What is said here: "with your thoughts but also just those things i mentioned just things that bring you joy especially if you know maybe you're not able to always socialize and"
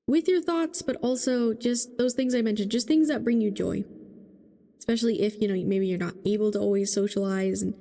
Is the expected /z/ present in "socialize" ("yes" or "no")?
yes